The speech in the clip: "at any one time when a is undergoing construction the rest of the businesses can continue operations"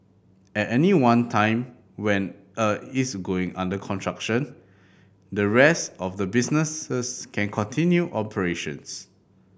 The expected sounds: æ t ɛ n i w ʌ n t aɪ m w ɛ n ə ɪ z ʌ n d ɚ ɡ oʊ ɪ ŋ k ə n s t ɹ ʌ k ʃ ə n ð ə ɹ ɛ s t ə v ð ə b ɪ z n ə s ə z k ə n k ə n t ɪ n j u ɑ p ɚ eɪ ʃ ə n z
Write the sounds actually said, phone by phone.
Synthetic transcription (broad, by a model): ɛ t ɛ n i w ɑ n t aɪ m w ɛ n ə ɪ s ɡ oʊ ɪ ŋ k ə n t ɹ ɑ k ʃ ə n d ə ɹ ɛ s t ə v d ə b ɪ s n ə s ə s k ə n k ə n t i n j u ɑ p ɚ eɪ ʃ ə n s